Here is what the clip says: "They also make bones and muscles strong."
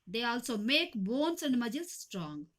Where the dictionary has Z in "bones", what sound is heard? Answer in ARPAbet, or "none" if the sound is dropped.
S